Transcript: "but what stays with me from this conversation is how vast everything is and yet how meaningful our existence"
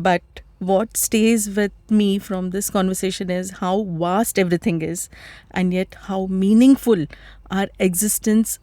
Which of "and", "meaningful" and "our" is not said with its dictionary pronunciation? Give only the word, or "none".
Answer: none